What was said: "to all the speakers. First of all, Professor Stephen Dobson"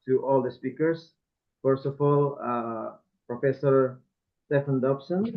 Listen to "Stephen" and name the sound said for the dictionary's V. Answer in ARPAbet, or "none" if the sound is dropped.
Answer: F